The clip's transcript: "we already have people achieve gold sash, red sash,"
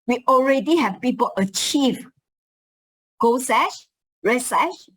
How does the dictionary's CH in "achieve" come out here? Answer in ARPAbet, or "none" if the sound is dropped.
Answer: CH